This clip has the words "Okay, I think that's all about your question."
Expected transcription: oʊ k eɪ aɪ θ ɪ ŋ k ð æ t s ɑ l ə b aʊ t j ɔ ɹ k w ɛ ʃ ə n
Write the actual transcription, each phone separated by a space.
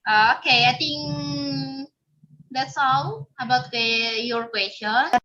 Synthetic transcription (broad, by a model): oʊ k eɪ aɪ t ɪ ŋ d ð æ t s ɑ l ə b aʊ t j ɔ ɹ k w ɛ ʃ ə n